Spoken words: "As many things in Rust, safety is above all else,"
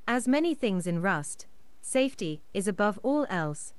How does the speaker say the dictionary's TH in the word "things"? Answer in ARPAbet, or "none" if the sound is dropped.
TH